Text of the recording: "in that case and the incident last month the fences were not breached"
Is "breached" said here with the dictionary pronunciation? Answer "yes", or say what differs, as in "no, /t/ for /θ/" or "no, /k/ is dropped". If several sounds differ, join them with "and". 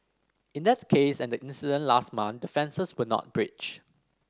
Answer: no, /t/ is dropped